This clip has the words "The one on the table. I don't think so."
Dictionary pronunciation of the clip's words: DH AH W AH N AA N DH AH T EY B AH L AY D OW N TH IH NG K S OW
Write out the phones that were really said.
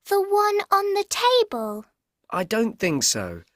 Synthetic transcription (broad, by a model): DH AH W AH N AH N DH AH T EY B AH L AY D OW N TH IH NG K S OW